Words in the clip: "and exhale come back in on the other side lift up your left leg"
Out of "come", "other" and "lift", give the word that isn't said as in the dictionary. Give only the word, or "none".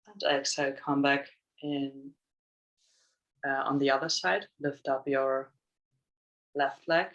none